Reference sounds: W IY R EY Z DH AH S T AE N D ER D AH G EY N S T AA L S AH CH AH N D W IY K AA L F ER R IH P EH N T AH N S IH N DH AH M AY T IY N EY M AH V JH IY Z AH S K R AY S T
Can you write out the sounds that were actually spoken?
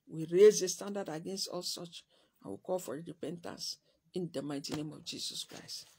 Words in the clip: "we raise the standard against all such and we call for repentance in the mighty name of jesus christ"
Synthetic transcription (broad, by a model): W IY R EY Z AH S T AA N D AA D AH G EY N S T AA L S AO CH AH N W IY K AA L F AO R IH P EH N T AH N S IH N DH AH M AY T IY N EY M AH V JH IY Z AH S K R AY S T